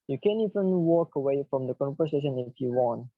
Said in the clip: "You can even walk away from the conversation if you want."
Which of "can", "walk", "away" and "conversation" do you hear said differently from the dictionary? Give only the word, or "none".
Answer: conversation